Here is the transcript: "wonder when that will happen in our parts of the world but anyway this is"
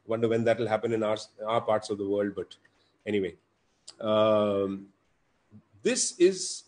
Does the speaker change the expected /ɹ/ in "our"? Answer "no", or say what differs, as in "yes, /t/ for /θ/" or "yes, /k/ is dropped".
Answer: no